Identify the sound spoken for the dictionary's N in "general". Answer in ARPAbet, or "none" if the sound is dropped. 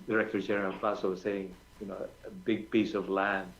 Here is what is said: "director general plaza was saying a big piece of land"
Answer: none